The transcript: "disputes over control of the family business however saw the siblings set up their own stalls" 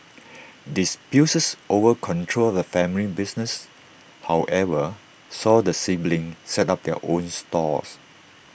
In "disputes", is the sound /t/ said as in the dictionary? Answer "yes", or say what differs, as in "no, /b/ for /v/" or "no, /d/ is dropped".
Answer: no, /s/ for /t/